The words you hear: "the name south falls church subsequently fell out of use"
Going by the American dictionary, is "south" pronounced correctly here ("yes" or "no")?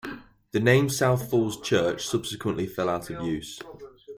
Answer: yes